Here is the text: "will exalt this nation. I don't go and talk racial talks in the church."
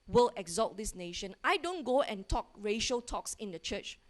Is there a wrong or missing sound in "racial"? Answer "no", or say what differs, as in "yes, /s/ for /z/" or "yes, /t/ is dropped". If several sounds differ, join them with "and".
no